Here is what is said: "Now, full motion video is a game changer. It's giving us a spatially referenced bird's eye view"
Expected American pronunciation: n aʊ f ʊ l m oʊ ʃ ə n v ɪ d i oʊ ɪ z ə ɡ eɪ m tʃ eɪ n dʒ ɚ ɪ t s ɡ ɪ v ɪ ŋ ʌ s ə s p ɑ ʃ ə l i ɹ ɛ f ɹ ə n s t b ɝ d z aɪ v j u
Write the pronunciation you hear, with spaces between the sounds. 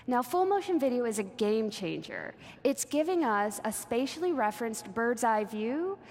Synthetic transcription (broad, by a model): n aʊ f ʊ l m oʊ ʃ ə n v ɪ d i oʊ ɪ z ə ɡ eɪ m tʃ eɪ n dʒ ɚ ɪ t s ɡ ɪ v ɪ ŋ ʌ s ə s p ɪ ʃ l i ɹ ɛ f ɹ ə n s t b ɝ d z aɪ v j u